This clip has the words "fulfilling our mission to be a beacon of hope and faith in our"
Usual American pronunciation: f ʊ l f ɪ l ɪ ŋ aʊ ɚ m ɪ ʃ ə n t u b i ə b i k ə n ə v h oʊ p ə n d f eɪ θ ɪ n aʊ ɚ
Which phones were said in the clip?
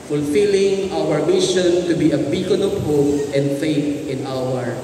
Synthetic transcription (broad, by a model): f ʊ l f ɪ l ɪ ŋ aʊ ɚ m ɪ ʃ ə n t u b i ə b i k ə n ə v h oʊ p ə n d f eɪ t ɪ n aʊ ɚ